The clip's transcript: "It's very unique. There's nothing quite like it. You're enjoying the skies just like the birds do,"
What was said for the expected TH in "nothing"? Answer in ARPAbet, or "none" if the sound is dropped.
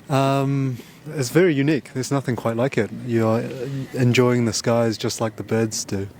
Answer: TH